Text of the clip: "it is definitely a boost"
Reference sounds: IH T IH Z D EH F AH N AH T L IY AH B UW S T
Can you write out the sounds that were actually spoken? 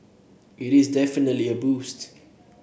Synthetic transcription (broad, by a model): IH T IH Z D EH F AH N AH T L IY AH B UW S T